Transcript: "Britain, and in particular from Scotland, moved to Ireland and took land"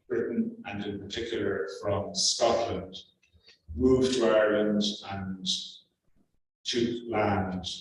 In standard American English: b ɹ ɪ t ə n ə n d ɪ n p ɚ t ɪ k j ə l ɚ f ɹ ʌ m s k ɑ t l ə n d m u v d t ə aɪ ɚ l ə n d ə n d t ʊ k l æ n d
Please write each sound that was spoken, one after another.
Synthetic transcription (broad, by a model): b ɹ ɪ t n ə n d ɪ n p ɚ t ɪ k j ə l ɚ f ɹ ʌ m s k ɑ t l ə n d m u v t ə aɪ ɚ l ə n d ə n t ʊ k l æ n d